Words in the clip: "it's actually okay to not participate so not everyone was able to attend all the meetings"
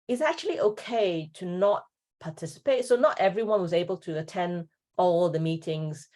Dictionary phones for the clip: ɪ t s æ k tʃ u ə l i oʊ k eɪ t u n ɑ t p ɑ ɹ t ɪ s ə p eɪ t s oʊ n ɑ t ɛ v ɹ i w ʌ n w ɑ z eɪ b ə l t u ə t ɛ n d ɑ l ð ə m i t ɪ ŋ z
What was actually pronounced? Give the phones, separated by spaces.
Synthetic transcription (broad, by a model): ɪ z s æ k tʃ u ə l i oʊ k eɪ t u n ɑ t p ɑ t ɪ s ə p eɪ t s oʊ n ɑ t ɛ v ɹ i w ʌ n w ɑ z eɪ b ə l t u ə t ɛ n d ɑ l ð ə m i t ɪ ŋ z